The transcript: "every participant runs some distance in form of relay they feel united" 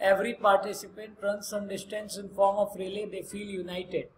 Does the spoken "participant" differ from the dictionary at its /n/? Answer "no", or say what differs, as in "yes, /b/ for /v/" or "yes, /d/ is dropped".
no